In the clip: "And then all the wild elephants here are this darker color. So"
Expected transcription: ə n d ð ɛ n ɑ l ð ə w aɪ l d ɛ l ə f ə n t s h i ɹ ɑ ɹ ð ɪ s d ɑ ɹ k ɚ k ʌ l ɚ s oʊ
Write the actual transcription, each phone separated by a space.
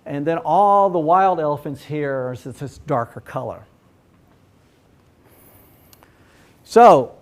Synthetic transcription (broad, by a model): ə n ð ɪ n ɑ l ð ə w aɪ l d ɛ l ə f ə n t s h i ɹ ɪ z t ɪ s d ɑ ɹ k ɚ k ʌ l ɚ s oʊ